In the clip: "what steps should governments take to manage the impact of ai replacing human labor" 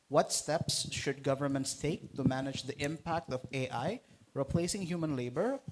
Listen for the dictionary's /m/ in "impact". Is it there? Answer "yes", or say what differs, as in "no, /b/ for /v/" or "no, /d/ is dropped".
yes